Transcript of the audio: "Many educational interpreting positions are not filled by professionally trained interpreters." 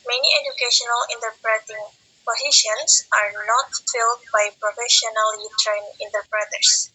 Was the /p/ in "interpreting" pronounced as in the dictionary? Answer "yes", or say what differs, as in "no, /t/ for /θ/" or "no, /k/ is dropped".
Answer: yes